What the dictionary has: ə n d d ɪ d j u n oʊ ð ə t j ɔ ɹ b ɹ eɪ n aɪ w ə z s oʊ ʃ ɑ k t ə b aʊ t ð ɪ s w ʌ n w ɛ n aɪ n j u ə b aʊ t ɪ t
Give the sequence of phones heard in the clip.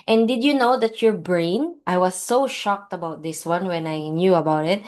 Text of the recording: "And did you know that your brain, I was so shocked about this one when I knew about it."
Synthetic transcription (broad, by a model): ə n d d ɪ d j u n oʊ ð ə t j ɔ ɹ b ɹ eɪ n aɪ w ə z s oʊ ʃ ɑ k t ə b aʊ t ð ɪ s w ʌ n w ɛ n aɪ n j u ə b aʊ t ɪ t